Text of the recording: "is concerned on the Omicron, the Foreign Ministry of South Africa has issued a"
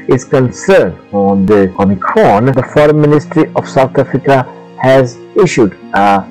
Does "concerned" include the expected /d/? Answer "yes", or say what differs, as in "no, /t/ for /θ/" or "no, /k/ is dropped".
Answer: yes